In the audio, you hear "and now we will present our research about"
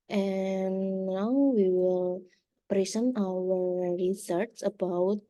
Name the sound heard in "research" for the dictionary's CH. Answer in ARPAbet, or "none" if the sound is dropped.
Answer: S